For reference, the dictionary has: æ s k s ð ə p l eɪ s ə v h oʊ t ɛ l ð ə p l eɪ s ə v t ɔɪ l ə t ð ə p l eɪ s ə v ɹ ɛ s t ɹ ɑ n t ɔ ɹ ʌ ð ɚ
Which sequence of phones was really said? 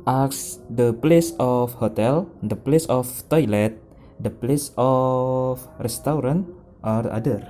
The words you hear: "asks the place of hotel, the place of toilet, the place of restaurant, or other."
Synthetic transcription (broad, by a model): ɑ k s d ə p l eɪ s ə f h oʊ t ɛ l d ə p l eɪ s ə f t ɔɪ l ə t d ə p l eɪ s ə f ɹ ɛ s t ɹ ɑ n t ɔ ɹ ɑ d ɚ